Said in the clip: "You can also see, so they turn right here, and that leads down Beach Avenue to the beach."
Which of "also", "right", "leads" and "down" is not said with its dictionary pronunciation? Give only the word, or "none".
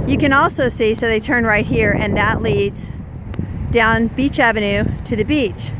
none